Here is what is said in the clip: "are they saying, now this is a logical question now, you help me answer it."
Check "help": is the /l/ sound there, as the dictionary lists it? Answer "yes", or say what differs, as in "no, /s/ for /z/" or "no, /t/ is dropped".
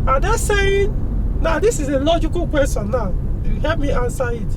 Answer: no, /l/ is dropped